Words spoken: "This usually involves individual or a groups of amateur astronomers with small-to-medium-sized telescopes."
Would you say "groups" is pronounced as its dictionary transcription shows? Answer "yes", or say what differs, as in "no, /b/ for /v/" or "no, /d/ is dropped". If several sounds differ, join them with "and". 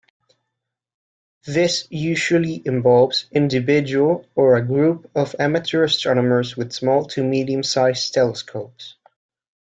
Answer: no, /s/ is dropped